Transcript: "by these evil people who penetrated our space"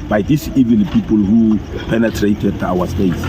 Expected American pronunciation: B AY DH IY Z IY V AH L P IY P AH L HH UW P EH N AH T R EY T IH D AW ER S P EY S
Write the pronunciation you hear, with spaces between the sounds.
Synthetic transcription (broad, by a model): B AY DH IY S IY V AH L P IY P AH L HH UW P EH N AH T R EY T IH D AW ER S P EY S